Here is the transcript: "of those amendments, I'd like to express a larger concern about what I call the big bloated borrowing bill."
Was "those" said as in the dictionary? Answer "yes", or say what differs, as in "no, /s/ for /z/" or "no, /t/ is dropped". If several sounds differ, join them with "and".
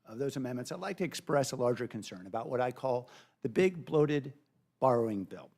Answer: yes